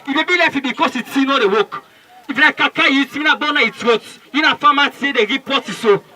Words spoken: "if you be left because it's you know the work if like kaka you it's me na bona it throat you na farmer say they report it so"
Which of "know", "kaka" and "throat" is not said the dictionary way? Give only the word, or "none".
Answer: throat